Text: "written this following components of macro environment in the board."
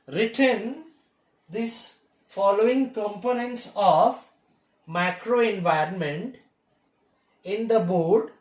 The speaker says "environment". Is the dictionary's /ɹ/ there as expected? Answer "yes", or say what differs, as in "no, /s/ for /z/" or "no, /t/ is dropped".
yes